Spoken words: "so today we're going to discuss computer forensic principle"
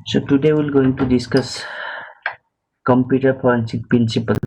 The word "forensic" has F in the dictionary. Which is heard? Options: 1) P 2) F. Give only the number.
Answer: 1